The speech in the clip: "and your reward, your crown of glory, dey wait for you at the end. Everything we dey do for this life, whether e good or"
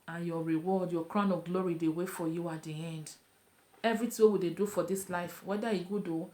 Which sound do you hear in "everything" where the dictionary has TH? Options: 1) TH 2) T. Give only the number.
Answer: 2